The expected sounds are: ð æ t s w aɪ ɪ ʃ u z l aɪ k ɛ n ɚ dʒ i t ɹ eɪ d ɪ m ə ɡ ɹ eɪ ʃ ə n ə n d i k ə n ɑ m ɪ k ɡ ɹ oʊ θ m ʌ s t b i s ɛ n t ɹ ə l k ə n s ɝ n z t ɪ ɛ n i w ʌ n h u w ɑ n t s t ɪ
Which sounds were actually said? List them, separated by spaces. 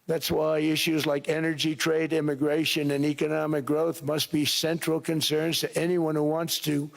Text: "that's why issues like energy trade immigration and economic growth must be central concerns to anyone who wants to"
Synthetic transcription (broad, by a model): ð æ t s w aɪ ɪ ʃ u z l aɪ k ɛ n ɚ dʒ i t ɹ eɪ d ɪ m ə ɡ ɹ eɪ ʃ ə n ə n i k ə n ɑ m ɪ k ɡ ɹ oʊ θ m ʌ s t b i s ɛ n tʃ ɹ l k ə n s ɝ n z t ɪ ɛ n i w ʌ n h u w ɑ n t s t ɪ